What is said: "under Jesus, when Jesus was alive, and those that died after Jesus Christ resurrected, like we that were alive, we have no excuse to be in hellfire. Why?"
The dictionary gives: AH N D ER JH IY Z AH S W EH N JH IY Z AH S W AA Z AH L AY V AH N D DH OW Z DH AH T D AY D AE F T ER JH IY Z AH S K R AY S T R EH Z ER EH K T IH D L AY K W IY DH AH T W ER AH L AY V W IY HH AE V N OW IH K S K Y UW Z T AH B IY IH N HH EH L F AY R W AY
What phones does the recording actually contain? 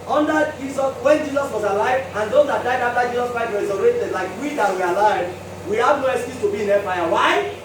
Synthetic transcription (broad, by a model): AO N D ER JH IY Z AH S W EH N JH IY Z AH S W AA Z AH L AY V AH N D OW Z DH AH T D AY D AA F T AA JH IY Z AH S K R AY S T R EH S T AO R T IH D L AY K W IY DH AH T W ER AH L AY V W IY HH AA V N OW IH S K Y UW T AH B IY IH N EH F AY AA W AY